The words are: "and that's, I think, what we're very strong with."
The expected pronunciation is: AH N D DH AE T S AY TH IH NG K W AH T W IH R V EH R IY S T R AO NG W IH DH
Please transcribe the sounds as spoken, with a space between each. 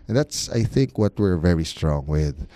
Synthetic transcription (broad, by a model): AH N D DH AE T S AY TH IH NG K W AH T W IH R V EH R IY S T R AO NG W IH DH